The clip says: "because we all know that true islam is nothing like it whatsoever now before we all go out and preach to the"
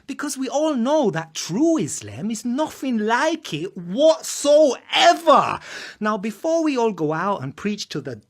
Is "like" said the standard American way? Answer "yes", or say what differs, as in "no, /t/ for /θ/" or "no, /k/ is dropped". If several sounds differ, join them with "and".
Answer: yes